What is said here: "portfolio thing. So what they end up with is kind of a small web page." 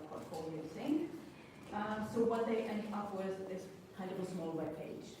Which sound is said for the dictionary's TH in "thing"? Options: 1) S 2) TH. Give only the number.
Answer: 1